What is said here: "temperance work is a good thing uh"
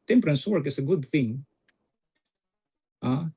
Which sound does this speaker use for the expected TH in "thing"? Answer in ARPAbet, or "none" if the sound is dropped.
TH